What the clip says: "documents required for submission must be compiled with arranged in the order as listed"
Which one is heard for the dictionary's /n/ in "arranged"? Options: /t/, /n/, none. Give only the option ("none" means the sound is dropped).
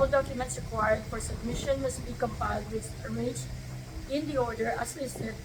none